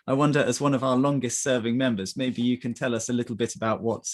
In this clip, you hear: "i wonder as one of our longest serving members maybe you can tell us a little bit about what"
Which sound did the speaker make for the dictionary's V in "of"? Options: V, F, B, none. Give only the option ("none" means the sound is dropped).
V